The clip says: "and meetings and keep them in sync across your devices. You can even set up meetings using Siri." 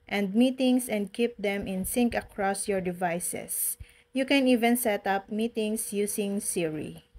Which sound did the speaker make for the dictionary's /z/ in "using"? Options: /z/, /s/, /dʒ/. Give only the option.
/s/